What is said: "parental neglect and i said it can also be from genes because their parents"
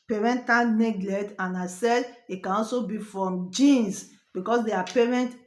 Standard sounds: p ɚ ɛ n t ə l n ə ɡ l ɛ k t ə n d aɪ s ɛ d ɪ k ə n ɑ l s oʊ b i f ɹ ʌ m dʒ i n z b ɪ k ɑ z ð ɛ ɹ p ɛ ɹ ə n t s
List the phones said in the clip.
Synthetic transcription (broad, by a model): p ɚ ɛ n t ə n n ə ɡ l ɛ t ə n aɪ s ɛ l ɪ k ə n ɑ l s oʊ b i f ɹ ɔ m dʒ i n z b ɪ k ɑ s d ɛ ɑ p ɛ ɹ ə n t